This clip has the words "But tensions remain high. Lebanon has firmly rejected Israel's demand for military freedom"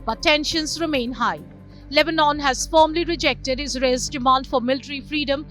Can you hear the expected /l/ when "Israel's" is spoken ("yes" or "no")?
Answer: no